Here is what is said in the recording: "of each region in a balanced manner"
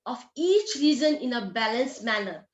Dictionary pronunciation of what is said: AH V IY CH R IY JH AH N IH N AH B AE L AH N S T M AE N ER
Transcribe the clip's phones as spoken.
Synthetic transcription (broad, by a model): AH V IY CH R IY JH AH N IH N AH B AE L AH N S M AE N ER